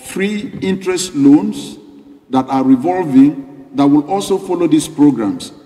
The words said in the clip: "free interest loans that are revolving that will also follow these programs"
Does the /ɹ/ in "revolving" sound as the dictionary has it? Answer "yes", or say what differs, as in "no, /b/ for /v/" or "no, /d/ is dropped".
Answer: yes